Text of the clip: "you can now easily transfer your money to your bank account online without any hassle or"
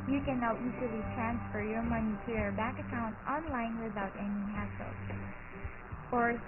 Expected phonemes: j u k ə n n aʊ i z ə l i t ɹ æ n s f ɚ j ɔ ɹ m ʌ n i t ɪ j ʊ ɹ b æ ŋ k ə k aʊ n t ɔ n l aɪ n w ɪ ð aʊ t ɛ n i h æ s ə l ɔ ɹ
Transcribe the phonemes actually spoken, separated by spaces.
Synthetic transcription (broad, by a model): j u k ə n n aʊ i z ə l i t ɹ æ n s f ɚ j ɔ ɹ m ʌ n i t ɪ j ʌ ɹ b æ k ə k aʊ n t ɔ n l aɪ n w ɪ ð aʊ t ɛ n i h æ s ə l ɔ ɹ